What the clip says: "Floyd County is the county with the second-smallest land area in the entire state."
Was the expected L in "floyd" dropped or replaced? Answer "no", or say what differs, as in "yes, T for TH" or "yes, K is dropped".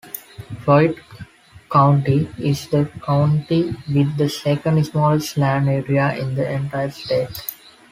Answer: yes, L is dropped